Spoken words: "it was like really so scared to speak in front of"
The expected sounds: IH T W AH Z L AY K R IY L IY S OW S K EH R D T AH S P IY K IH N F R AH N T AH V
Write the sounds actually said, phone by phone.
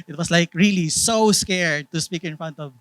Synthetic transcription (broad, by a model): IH T W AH S L AY K R IY L IY S OW S K EH R D T AH S P IY K IH N F R AH N T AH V